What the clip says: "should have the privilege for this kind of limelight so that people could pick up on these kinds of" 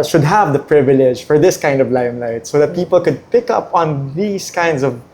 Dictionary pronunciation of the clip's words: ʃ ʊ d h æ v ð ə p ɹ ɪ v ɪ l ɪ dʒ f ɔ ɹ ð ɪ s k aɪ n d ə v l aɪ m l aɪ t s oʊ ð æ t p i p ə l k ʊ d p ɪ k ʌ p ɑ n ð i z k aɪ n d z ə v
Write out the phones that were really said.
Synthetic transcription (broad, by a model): ʃ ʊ d h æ v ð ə p ɹ ɪ v ɪ l ɪ dʒ f ɔ ɹ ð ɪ s k aɪ n d ə v l aɪ m l aɪ t s oʊ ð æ t p i p ə l k ʊ d p ɪ k ʌ p ɑ n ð i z k aɪ n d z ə v